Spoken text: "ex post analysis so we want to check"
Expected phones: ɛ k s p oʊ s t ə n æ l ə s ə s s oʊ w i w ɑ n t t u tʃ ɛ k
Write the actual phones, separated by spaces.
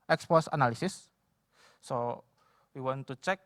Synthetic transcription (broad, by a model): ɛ k s p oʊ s ə n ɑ l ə s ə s s oʊ w i w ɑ n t t u tʃ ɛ k